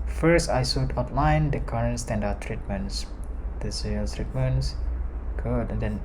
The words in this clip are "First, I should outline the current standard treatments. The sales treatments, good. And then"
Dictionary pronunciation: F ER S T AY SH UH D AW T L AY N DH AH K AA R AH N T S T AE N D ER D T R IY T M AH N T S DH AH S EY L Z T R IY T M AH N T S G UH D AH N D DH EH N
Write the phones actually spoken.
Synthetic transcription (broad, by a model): F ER S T AY S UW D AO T L AY N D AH K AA R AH N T S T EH N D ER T R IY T M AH N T S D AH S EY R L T R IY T M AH N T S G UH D AH N D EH N